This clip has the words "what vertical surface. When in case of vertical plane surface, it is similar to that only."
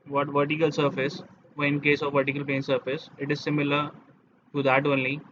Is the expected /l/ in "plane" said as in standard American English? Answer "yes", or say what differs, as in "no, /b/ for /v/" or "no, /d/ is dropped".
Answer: no, /l/ is dropped